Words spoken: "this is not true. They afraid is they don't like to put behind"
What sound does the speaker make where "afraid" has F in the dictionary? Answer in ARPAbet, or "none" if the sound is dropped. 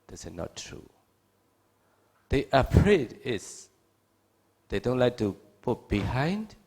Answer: P